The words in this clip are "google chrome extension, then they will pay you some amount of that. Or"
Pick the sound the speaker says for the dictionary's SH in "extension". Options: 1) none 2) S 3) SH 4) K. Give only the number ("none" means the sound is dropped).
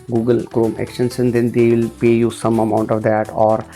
2